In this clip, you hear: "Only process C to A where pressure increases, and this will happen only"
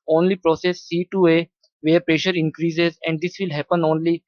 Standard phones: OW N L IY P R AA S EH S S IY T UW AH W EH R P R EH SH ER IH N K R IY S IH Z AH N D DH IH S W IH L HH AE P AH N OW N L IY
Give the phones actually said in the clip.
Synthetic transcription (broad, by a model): OW N L IY P R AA S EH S S IY T UW AH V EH R P R EH SH ER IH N K R IY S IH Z AH N D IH S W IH L HH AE P AH N OW N L IY